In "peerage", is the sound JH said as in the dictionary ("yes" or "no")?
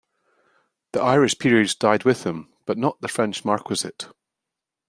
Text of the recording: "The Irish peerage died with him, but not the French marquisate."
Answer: no